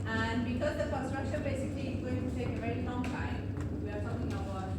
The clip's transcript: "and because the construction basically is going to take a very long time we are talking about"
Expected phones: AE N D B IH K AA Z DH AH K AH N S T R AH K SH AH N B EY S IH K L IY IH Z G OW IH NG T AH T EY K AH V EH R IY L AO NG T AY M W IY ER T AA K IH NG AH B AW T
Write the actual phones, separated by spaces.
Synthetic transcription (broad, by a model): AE N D B IH K AA Z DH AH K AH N S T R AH K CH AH B EY S IH K L IY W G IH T T EY K AH V EH R IY L AO NG T AY M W IY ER T AA K IH NG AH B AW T